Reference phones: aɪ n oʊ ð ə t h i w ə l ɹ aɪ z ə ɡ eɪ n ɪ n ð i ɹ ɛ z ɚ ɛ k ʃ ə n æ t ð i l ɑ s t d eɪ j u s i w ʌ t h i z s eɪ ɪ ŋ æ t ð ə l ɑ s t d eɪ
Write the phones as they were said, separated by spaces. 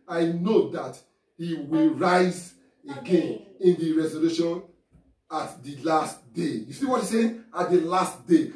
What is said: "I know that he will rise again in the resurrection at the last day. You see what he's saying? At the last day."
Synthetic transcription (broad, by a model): aɪ n oʊ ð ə t h i w ə l ɹ aɪ z ə ɡ eɪ n ɪ n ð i ɹ ɛ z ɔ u ʃ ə n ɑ t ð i l ɑ s t d eɪ j u s i w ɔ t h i s eɪ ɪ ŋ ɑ t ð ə l ɑ s t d eɪ